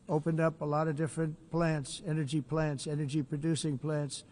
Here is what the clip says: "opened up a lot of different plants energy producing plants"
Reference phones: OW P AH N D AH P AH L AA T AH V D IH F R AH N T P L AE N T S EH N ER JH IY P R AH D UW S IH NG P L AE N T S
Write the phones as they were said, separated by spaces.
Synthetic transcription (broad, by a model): OW P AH N D AH P AH L AA T AH V D IH F R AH N T P L AE N T S EH N ER JH IY P R AH D UW S IH NG P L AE N T S